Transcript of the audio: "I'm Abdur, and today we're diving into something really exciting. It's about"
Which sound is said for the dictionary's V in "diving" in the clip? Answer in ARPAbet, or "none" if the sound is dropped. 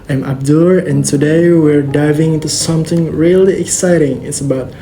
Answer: V